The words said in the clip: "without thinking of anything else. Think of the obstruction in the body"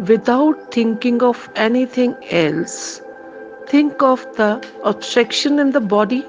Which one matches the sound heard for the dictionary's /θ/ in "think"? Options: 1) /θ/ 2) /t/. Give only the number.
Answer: 2